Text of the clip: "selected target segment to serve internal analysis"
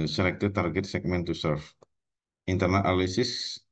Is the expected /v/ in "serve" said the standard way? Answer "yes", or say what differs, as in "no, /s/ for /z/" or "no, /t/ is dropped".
no, /f/ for /v/